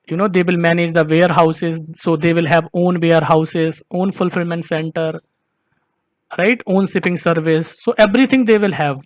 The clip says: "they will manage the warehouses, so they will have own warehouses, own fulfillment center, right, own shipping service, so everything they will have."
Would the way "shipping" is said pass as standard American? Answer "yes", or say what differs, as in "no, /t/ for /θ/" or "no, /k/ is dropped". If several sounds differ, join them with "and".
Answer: no, /s/ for /ʃ/